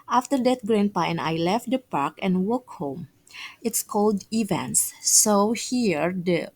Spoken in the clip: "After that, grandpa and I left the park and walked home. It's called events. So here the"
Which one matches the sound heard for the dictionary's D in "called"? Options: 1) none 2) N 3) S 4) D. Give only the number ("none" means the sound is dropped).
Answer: 4